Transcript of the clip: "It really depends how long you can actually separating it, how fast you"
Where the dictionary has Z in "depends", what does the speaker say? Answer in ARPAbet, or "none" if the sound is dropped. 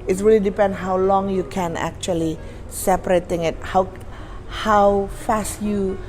none